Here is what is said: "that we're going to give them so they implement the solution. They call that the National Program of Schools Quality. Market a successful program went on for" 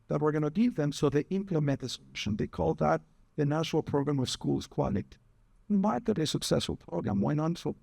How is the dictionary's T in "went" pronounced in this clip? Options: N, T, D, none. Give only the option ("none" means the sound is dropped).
none